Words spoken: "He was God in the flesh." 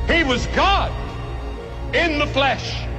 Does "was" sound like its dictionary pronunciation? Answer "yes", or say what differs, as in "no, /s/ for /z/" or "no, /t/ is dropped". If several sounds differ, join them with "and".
yes